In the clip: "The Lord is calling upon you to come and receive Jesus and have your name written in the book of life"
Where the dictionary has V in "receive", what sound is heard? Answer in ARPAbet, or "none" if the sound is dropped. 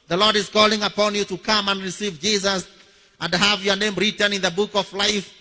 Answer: V